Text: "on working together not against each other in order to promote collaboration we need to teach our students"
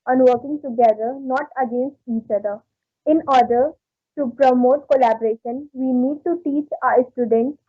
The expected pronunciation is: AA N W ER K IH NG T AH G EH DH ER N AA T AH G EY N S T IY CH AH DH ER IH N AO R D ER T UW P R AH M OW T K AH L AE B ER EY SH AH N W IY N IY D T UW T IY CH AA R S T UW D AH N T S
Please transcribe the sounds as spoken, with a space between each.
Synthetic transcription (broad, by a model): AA N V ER K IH NG T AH G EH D ER N AA T AH G EY N S T IY CH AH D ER IH N AO R D ER T UW P R AH M OW T K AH L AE B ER EY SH AH N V IY N IY D T UW T IY CH AA R S T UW D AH N T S